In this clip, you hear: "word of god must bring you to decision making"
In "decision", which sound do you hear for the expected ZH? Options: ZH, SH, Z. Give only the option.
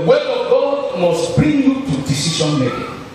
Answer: SH